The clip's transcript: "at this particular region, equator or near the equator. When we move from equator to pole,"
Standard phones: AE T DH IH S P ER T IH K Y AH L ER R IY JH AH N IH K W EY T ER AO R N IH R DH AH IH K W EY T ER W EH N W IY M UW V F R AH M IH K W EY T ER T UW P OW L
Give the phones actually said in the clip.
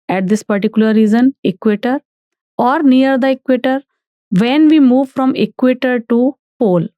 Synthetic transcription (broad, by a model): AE T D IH S P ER T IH K Y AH L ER R IY Z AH N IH K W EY T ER AO R N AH R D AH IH K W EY T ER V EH N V IY M UW V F R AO M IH K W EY T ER T UW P OW L